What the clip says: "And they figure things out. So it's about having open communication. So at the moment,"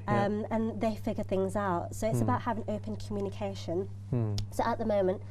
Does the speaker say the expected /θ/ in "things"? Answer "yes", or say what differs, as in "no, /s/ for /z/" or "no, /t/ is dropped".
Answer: yes